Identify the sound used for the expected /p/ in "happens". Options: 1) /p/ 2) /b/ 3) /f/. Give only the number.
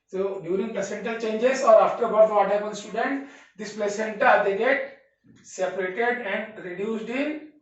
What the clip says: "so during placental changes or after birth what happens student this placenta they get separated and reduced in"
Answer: 2